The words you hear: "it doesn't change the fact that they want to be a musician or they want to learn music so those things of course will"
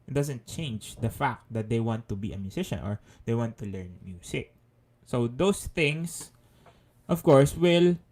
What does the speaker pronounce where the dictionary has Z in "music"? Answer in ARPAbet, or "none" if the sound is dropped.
S